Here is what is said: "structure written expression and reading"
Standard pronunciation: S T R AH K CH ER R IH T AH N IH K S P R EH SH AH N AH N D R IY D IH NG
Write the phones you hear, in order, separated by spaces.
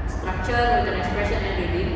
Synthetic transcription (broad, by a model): S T R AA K CH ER W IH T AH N IH K S P R EH SH AH N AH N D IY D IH